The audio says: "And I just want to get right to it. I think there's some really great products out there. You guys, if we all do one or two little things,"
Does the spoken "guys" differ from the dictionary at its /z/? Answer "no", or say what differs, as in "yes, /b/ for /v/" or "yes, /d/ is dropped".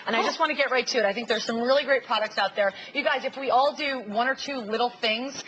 no